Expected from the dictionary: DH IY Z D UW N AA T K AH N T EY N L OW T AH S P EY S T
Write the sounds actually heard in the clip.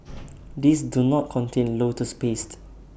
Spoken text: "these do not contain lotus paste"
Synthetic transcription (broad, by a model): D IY S D UW N AA T K AH N T EY N L OW T AH S P EY S T